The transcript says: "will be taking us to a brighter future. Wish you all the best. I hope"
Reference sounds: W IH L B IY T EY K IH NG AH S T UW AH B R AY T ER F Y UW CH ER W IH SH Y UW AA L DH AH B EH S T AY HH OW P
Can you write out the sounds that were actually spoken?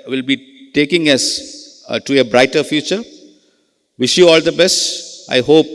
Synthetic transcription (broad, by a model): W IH L B IY T EY K IH NG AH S T UW AH B R AY T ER F Y UW CH ER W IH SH Y UW AA L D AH B EH S T AY HH OW P